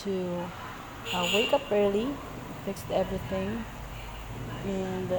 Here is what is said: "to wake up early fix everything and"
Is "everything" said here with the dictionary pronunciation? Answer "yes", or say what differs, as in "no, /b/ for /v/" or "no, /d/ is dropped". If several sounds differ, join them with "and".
yes